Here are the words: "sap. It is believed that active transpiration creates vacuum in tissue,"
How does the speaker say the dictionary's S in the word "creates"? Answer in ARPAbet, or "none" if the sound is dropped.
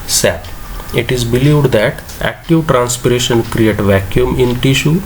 none